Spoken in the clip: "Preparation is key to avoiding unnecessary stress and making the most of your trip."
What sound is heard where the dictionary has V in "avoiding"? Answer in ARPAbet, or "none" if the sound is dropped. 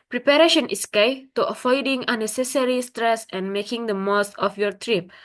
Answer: F